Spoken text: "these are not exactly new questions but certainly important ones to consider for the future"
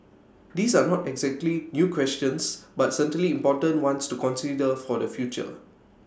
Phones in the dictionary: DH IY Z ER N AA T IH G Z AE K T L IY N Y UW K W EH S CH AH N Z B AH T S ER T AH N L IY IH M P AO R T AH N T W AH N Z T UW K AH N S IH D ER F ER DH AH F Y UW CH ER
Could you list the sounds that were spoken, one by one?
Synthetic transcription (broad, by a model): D IY S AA N AA T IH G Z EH K T L IY N Y UW K W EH S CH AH N S B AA T S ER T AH L IY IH M P AO T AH N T W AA N S T UW K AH N S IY D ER F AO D AH F Y UW CH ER